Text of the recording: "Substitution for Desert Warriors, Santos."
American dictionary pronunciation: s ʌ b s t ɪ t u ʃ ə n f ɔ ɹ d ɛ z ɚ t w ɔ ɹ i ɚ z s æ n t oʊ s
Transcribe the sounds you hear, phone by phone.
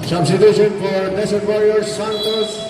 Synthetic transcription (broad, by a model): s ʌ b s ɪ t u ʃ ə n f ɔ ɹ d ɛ s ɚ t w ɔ ɹ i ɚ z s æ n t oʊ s